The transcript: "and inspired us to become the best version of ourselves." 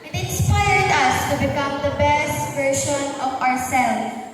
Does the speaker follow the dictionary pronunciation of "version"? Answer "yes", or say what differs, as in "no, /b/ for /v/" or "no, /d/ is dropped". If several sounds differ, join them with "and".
no, /ʃ/ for /ʒ/